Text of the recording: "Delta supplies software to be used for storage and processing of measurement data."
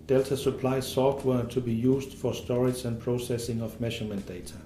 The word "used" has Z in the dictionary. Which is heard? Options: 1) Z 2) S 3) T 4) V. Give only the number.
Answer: 2